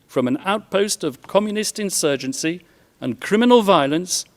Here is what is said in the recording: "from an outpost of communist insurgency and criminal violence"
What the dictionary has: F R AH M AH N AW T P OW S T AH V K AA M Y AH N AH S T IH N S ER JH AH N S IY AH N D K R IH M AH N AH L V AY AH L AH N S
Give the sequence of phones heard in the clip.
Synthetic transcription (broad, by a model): F R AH M AH N AW T P OW S T AH V K AA M Y AH N AH S T IH N S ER JH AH N S IY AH N K R IH M AH N AH L V AY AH L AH N S